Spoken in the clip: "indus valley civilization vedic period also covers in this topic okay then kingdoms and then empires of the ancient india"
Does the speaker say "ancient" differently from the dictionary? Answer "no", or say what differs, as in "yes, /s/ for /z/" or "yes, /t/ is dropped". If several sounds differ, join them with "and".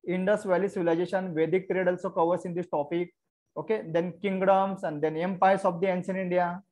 yes, /s/ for /ʃ/ and /t/ is dropped